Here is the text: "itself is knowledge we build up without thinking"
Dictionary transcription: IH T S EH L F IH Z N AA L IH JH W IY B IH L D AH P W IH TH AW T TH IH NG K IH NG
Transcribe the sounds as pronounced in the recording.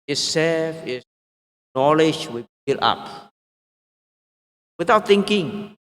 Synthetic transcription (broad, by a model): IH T S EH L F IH N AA L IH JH W IY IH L AA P W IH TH AW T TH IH NG K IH NG